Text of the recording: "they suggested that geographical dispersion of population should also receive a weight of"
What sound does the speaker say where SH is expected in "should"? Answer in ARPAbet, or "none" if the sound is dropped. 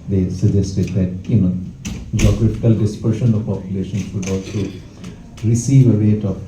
S